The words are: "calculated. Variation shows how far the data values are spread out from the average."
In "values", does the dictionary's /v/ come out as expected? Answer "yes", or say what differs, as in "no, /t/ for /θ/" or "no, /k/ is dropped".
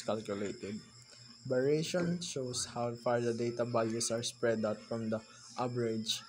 no, /b/ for /v/